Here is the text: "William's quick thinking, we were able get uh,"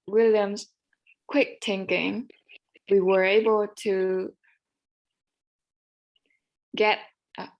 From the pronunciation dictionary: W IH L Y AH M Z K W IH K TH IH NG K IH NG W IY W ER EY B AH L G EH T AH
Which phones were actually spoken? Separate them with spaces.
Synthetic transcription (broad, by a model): W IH L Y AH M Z K W IH K T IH NG K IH NG W IY W ER EY B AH L G EH T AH